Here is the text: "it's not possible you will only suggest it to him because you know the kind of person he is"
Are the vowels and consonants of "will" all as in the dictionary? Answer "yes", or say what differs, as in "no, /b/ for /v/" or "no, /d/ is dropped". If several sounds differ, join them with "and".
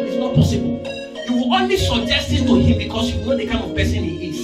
no, /w/ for /l/